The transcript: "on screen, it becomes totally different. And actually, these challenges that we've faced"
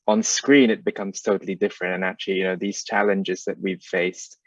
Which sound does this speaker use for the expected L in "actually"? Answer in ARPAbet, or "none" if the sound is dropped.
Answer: N